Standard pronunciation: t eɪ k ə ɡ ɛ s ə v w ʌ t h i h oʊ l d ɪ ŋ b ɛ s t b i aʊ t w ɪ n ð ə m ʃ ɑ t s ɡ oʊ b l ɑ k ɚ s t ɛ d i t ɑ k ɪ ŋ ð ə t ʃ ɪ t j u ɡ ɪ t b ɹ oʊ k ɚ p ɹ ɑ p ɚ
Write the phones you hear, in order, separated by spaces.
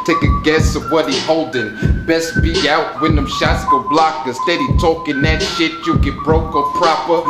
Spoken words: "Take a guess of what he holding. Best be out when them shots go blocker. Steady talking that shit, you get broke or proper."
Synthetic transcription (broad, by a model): t eɪ k ə ɡ ɛ s ə v w ʌ t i h oʊ l d ɪ ŋ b ɛ s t b i aʊ t w ɪ n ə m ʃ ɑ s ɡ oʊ b l ɑ k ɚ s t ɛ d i t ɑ k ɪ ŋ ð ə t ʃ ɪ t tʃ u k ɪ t b ɹ oʊ k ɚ p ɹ ɑ p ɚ